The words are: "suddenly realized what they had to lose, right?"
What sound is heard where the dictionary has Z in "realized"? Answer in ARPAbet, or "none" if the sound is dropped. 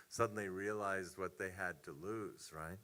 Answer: Z